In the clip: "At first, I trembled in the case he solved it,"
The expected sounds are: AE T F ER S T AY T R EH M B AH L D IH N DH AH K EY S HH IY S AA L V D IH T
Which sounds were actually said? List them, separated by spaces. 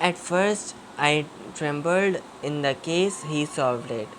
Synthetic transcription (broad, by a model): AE T F ER S T AY T R EH M B AH L D IH N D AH K EY S HH IY S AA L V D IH T